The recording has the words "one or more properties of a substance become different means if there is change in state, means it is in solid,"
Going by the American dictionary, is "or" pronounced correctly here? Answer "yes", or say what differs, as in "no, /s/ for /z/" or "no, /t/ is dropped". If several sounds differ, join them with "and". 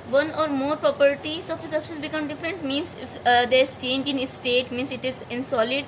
yes